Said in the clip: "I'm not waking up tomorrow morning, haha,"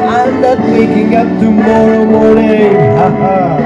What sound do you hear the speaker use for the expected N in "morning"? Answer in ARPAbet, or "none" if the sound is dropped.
none